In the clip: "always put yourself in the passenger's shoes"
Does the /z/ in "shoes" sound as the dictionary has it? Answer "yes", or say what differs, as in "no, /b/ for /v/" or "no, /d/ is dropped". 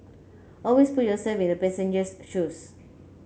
no, /s/ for /z/